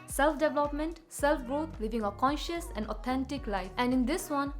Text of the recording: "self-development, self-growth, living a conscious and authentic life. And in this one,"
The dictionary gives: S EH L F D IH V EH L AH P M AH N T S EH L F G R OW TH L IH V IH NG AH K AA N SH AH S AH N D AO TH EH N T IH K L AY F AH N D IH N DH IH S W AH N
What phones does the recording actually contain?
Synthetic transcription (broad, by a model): S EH L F D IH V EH L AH P M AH N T S EH L F G R OW T L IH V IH NG AH K AA N SH AH S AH N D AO T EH N T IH K L AY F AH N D IH N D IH S W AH N